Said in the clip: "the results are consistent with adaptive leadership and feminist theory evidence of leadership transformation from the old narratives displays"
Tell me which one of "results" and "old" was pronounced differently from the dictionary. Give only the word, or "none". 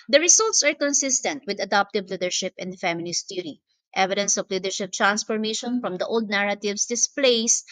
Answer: results